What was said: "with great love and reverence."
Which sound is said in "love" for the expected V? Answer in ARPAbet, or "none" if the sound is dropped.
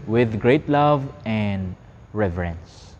V